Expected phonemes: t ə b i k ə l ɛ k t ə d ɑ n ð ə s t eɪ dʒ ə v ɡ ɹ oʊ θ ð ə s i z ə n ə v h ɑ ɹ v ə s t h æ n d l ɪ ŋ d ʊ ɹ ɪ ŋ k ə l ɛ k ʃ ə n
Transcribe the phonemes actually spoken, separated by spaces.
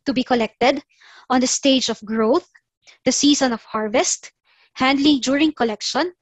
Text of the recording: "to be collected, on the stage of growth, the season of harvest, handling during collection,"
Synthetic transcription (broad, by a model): t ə b i k ə l ɛ k t ə d ɑ n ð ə s t eɪ dʒ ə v ɡ ɹ oʊ θ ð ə s i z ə n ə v h ɑ ɹ v ə s t h æ n d l ɪ ŋ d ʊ ɹ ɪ ŋ k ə l ɛ k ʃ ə n